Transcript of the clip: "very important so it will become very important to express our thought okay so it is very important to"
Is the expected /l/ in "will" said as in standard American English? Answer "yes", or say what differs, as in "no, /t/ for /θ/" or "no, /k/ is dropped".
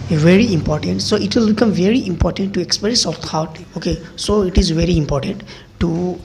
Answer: yes